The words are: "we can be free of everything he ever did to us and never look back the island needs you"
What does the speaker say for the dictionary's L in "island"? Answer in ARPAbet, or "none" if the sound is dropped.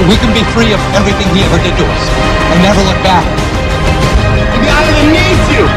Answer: none